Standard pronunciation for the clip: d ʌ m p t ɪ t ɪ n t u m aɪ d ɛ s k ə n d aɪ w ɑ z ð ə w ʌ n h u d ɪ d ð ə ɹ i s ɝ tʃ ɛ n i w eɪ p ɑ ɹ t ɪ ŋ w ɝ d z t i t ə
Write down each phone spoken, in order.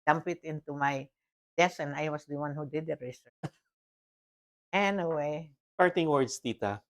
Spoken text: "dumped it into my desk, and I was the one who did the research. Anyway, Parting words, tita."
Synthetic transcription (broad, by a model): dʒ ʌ m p ɪ t ɪ n t u m aɪ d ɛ s ə n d aɪ w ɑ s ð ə w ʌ n h u d ɪ d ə ɹ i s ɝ ɛ n i w eɪ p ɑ ɹ t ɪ ŋ w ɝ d s t i t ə